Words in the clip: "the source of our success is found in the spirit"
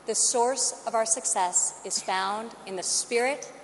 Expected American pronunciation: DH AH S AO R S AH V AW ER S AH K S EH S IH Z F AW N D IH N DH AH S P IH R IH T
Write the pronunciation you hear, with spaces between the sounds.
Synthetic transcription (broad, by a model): DH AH S AO R S AH V AW ER S AH K S EH S IH Z F AW N D IH N DH AH S P IH R IH T